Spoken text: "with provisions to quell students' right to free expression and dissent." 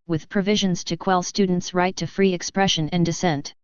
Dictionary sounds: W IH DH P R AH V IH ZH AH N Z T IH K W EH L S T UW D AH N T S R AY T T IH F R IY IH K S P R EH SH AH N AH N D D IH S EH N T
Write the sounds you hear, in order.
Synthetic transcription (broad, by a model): W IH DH P R AH V IH ZH AH N Z T IH K W EH L S T UW D N T S R AY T T IH F R IY IH K S P R EH SH AH N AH N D D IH S EH N T